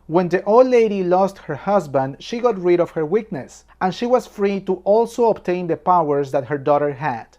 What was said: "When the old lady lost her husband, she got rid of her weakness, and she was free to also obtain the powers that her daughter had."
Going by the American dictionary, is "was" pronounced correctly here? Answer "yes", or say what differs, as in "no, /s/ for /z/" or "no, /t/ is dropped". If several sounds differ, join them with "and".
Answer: no, /s/ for /z/